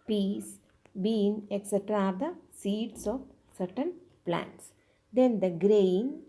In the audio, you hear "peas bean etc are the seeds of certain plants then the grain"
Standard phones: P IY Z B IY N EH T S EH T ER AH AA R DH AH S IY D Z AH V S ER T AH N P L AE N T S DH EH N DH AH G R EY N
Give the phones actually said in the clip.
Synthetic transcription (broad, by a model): P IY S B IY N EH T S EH T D AA R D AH S IY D S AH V S ER T AH N P L AE N T S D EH N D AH G R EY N